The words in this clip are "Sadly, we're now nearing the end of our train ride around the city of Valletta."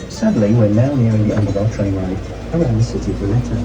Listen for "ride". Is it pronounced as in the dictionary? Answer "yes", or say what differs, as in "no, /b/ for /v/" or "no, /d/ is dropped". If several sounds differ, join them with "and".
no, /d/ is dropped